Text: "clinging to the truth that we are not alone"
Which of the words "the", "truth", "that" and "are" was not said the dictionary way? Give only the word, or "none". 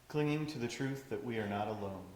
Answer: none